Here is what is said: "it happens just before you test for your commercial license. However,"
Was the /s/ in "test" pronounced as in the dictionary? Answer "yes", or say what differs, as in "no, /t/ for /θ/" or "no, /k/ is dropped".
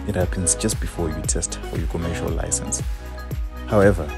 yes